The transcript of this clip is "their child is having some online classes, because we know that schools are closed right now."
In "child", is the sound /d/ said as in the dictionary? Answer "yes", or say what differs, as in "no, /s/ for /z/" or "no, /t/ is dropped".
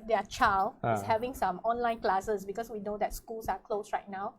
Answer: no, /d/ is dropped